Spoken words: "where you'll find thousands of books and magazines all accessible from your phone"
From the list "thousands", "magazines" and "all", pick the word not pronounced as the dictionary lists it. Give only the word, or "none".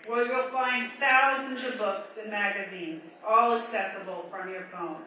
none